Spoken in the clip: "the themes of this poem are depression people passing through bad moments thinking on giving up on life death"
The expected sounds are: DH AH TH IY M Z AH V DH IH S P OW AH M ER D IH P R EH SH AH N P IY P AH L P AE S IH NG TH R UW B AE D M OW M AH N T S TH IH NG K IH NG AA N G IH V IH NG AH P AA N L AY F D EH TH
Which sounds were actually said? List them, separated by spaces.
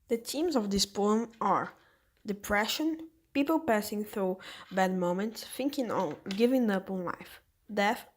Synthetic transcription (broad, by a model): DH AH T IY M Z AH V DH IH S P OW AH M ER D IH P R EH SH AH N P IY P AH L P AE S IH NG TH R UW B AE D M OW M AH N T S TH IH NG K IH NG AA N G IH V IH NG AH P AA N L AY F D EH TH